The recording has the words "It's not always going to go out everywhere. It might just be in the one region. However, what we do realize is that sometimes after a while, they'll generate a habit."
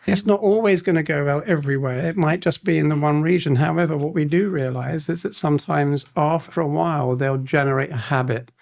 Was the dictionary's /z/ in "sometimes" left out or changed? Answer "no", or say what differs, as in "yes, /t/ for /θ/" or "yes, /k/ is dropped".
no